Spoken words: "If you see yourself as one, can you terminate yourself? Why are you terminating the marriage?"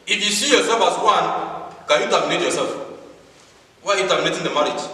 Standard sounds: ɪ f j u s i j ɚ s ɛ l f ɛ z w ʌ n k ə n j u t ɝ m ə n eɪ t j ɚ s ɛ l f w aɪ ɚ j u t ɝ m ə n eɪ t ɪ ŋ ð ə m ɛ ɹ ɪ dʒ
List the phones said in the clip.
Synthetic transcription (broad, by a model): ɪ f j u s i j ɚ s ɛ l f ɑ s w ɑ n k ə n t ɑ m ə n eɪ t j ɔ s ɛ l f w aɪ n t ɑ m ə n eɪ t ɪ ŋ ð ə m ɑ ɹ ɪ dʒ